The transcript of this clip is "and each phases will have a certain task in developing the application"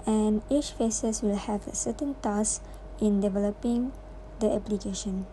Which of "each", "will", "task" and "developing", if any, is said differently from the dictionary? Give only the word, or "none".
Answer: task